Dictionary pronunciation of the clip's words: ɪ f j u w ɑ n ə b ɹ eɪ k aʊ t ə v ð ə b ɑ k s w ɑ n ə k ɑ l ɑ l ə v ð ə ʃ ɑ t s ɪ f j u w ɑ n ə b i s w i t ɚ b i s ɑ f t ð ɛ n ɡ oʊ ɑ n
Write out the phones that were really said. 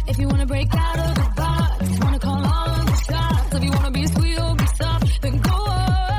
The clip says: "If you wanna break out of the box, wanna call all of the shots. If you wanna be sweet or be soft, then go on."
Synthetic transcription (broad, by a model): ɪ f j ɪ w ɑ n ə b ɹ eɪ k aʊ t ə v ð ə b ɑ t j w ɑ n ə k ɑ l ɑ n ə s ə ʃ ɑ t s ɪ f j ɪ w ɑ n ə b i s w i t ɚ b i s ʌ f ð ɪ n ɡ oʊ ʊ